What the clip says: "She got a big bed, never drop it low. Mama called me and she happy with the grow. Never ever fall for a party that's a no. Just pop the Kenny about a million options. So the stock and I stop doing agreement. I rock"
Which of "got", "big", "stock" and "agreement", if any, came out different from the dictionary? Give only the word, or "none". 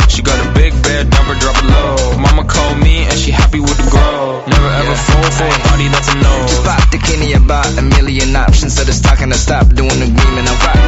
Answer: agreement